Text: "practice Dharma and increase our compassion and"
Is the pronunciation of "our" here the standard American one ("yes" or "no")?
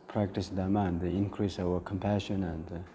no